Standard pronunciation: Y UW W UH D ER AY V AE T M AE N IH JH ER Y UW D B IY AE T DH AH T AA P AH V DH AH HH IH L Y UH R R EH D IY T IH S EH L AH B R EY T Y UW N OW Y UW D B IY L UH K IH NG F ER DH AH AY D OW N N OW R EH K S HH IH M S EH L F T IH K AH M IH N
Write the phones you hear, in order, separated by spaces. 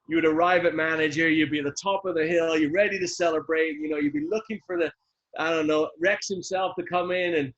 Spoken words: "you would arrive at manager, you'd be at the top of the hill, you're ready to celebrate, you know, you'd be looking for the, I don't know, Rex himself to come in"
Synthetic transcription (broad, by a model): Y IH W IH D ER AY V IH T M AE N IH JH ER Y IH D B IY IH T DH AH T AA P AH V DH AH HH IH L Y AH R R EH D IY T IH S EH L AH B R EY T Y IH N OW Y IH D B IY L UH K IH NG F ER DH AH AY D OW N N OW R EH K S HH IH M S EH L F T IH K AH M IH N